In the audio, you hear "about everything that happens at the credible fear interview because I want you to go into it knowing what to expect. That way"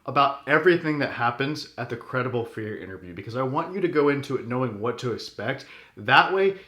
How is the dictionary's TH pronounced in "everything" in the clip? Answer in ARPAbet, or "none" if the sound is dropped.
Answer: TH